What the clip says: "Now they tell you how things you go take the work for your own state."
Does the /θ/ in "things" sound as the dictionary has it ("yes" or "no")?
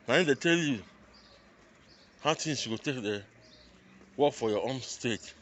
no